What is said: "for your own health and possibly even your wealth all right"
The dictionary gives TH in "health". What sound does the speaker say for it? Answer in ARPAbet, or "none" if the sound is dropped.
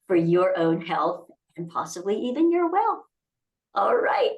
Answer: TH